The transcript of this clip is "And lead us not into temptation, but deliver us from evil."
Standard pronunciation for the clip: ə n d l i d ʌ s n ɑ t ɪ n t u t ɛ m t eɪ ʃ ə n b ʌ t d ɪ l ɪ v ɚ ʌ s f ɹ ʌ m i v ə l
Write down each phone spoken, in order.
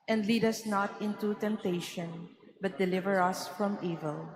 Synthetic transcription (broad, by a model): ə n d l i d ʌ s n ɑ t ɪ n t u t ɛ m t eɪ ʃ ə n b ʌ t d ɪ l ɪ v ɚ ʌ s f ɹ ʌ m i v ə l